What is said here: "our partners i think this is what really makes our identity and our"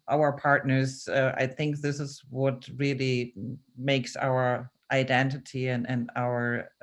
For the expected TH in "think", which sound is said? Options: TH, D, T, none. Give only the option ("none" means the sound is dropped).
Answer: TH